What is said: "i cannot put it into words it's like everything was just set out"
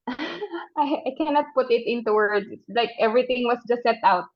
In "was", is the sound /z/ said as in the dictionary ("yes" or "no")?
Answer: no